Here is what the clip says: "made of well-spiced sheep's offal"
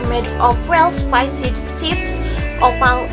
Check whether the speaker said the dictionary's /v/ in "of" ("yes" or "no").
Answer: no